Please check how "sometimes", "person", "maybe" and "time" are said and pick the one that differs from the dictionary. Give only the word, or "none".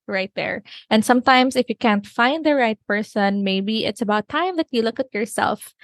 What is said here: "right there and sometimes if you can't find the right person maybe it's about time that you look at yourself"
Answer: sometimes